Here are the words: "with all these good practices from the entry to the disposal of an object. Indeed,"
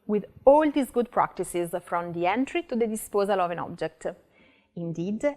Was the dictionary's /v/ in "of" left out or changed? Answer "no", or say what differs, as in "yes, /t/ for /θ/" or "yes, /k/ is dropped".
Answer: no